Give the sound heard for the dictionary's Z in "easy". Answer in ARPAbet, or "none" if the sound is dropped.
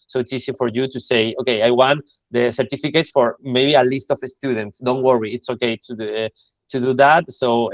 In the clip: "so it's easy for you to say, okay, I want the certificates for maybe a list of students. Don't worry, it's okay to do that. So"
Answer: S